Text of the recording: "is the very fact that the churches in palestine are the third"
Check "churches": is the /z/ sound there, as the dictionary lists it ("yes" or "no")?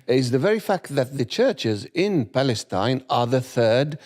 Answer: yes